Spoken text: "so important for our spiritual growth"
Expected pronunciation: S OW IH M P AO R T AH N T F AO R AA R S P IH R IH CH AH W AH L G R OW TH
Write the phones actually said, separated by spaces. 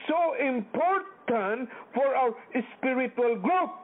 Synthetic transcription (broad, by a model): S OW IH M P AO R T AH N T F AO R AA W S P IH R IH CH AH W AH L G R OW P